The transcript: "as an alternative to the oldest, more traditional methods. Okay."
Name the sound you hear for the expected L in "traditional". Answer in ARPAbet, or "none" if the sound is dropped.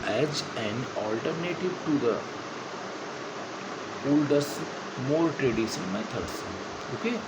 N